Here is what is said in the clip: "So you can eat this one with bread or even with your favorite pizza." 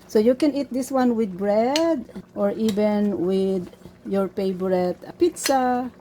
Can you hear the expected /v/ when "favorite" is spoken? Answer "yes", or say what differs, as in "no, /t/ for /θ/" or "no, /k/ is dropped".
no, /b/ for /v/